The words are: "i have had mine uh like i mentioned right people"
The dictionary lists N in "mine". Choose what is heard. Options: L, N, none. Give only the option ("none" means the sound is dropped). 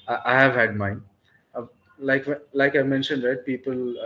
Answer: L